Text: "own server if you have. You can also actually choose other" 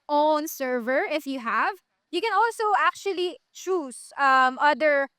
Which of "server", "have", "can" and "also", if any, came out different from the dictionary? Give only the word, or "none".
none